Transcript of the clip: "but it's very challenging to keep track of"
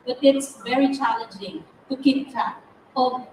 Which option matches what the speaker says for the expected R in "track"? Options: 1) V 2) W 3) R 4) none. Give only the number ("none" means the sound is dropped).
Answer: 4